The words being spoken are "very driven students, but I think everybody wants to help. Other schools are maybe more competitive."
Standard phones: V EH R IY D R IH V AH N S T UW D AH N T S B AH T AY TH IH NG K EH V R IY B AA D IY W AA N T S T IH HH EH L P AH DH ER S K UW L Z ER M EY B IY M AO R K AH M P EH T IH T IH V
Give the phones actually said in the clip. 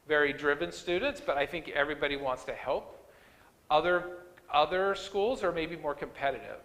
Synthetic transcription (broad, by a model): V EH R IY D R IH V AH N S T UW D N T S B AH T AY TH IH NG K EH V R IY B AA D IY W AA N T S T IH HH EH L P AH DH ER S K UW L Z ER M EY B IY M AO R K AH M P EH T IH T IH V